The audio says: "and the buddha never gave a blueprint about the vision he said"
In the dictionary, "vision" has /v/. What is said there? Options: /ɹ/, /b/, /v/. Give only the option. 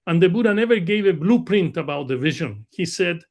/v/